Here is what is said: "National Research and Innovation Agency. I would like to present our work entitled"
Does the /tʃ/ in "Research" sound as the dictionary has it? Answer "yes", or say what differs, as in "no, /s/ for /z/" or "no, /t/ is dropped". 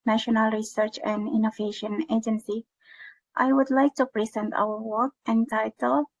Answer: yes